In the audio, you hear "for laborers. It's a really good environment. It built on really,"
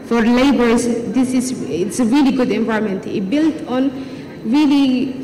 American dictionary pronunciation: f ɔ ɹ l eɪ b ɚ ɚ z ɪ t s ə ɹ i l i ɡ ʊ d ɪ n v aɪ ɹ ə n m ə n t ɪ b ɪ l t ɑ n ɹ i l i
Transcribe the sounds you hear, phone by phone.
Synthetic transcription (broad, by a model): f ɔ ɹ l eɪ b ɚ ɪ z ɪ t s ə ɹ i l i ɡ ʊ d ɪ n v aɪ ə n m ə n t ɪ b ɪ l t ɑ n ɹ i l i